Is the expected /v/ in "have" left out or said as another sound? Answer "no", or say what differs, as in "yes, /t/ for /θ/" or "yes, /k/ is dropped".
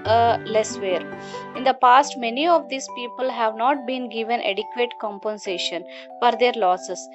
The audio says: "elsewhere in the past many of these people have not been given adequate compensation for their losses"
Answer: no